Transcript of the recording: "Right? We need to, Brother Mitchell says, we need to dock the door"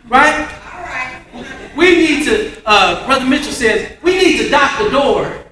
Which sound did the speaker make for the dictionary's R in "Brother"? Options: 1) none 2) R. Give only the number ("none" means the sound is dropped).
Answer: 2